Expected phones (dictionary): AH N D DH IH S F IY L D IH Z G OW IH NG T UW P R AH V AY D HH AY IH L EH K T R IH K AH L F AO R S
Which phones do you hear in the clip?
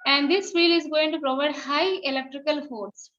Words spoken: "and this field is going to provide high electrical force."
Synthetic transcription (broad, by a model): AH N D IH S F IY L IH Z G OW IH NG T UW P R AH V AY D HH AY IH L EH K T R IH K AH L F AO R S